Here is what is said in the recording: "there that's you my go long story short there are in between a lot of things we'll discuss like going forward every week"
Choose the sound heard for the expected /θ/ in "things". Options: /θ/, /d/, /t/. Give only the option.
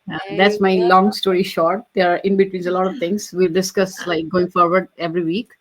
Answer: /t/